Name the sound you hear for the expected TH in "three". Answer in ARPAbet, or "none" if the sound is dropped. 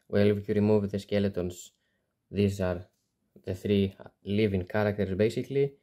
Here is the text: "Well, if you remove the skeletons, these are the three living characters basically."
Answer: TH